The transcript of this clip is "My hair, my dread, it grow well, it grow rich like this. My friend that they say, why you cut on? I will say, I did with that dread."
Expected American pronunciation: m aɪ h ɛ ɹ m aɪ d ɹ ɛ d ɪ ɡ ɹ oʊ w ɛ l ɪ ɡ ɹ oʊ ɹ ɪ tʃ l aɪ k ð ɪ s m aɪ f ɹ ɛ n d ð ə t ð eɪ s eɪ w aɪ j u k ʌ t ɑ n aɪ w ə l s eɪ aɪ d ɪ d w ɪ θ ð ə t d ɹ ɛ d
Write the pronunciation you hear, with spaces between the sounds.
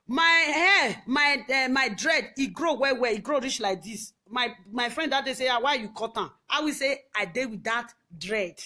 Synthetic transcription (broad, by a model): m aɪ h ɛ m m aɪ d ɹ ɛ d ɪ ɡ ɹ oʊ w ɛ w ɪ ɡ ɹ oʊ ɹ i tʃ l aɪ k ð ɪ s m aɪ f ɹ ɛ n d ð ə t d eɪ s eɪ w aɪ j u k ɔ t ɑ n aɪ w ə s eɪ aɪ d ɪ w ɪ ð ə t d ɹ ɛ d